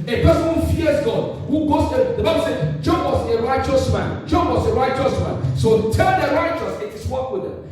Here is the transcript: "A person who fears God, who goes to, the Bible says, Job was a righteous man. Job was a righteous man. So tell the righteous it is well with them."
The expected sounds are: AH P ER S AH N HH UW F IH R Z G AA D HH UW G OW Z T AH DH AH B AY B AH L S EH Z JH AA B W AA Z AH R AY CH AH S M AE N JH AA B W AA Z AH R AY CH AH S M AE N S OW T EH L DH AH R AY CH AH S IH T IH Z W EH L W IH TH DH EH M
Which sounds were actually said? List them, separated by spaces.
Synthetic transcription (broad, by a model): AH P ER S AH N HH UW F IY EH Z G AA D HH UW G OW S T AH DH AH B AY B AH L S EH JH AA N W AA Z AH R AY CH AH S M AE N JH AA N W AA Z AH R AY CH AH S M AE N S OW T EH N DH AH R AY CH AH S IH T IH S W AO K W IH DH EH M